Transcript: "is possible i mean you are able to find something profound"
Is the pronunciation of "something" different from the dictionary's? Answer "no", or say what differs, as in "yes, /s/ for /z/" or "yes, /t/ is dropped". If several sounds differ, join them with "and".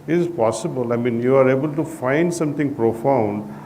yes, /t/ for /θ/